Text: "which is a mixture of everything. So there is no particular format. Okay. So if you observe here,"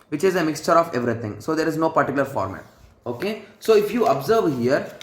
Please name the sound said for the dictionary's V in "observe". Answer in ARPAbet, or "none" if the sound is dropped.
V